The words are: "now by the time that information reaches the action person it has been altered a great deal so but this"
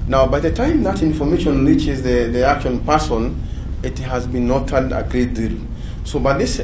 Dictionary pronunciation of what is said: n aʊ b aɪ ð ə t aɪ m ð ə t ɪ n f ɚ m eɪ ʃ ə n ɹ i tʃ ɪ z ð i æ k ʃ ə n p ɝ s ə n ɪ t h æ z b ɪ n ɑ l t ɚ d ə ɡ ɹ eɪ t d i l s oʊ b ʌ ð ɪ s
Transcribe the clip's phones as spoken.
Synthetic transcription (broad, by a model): n aʊ b aɪ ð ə t aɪ m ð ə t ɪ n f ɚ m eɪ ʃ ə n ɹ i tʃ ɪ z ð i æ k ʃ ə n p ɝ s ə n ɪ t h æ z b ɪ n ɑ t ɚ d ə ɡ ɹ eɪ t d i l s oʊ b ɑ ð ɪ s